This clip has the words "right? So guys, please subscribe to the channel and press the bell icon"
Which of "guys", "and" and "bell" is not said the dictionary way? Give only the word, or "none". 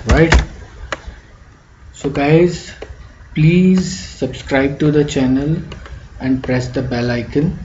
none